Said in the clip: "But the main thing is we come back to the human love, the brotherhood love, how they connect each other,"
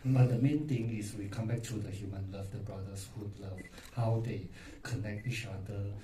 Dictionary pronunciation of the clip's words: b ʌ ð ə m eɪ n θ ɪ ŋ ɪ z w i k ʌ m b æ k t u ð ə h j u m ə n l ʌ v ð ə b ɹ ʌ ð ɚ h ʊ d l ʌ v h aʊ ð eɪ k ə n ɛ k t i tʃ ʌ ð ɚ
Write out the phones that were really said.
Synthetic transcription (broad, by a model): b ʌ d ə m eɪ n t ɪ ŋ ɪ s w i k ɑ m b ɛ k t u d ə h j u m ə n l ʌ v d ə b ɹ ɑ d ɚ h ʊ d l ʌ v h aʊ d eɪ k ə n ɛ k t i tʃ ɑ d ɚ